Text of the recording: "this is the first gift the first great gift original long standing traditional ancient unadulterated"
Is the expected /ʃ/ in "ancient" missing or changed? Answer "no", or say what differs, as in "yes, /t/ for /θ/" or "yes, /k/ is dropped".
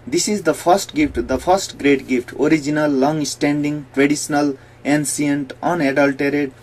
yes, /s/ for /ʃ/